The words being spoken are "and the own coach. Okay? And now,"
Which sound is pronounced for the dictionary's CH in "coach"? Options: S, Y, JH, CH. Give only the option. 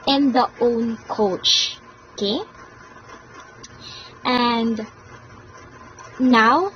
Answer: CH